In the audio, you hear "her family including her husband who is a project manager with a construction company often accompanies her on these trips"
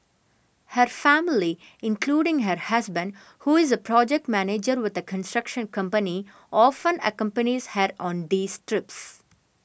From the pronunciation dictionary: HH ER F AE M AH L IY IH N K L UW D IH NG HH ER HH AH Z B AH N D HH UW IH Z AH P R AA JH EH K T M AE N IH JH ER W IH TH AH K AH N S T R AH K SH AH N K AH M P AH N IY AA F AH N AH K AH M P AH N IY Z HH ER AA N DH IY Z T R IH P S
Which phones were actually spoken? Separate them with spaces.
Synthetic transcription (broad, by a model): HH ER F AE M AH L IY IH N K L UW D IH NG HH ER HH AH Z B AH N D HH UW IH Z AH P R AA JH EH K T M AE N IH JH ER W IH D AH K AH N S T R AH K SH AH N K AH M P AH N IY AA F AH N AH K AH M P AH N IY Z HH ER AA N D IY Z T R IH P S